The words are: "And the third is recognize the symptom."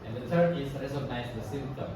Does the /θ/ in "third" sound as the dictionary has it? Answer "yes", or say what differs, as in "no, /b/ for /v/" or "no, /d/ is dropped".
no, /t/ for /θ/